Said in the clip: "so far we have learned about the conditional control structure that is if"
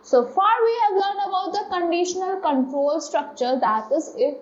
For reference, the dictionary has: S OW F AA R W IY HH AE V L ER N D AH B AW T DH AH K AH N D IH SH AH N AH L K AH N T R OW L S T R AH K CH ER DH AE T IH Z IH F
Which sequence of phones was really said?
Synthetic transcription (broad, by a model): S OW F AA R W IY HH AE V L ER N AH B AW T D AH K AH N D IH SH AH N AH L K AH N T R OW L S T R AH K CH ER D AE T IH Z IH